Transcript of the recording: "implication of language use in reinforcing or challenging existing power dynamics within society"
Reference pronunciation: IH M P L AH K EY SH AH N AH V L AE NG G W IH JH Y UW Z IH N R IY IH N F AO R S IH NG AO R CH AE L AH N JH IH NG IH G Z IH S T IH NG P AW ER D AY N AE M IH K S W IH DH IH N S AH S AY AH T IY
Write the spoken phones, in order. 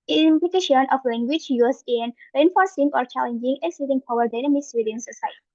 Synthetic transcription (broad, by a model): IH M P L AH K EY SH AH N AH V L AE NG G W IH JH Y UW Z IH N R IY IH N F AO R S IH NG AO R CH AE L AH N JH IH NG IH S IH T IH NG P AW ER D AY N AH M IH S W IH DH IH N S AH S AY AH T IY